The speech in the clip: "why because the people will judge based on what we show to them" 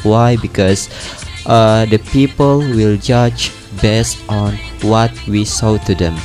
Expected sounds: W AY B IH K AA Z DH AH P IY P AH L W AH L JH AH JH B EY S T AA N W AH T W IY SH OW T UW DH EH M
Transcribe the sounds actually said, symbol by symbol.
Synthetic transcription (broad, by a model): W AY B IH K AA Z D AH P IY P AH L W AH L JH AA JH B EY S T AA N W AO T W IY S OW T UW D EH M